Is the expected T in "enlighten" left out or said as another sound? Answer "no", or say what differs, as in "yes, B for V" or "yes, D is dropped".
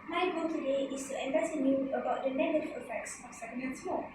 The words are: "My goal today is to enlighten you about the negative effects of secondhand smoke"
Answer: yes, S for T